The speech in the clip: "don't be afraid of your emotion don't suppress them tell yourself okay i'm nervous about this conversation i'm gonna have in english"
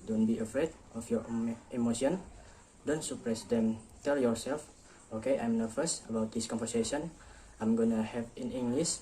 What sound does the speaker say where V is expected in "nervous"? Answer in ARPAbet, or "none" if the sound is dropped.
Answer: F